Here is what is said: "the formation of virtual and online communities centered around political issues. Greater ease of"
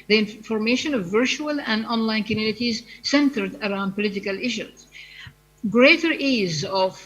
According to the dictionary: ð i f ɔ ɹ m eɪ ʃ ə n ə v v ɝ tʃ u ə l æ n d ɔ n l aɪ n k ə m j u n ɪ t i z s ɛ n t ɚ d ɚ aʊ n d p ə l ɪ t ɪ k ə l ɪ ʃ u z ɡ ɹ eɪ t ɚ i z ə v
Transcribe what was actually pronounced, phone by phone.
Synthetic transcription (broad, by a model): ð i f ɔ ɹ m eɪ ʃ ə n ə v v ɝ tʃ u ə l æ n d ɔ n l aɪ n k ə m j u n ɪ t i z s ɛ n t ɚ d ɚ aʊ n d p ə l ɪ t ɪ k ə l ɪ ʃ u z ɡ ɹ eɪ t ɚ i z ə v